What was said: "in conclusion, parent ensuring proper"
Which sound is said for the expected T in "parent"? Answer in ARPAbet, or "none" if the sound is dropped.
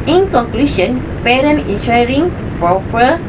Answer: none